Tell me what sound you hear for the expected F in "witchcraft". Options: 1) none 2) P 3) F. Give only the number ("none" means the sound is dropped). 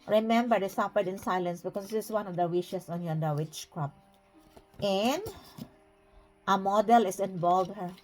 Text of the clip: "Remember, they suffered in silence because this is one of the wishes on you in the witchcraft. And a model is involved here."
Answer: 2